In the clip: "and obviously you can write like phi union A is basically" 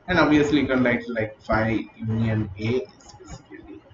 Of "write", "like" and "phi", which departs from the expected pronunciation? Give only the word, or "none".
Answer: write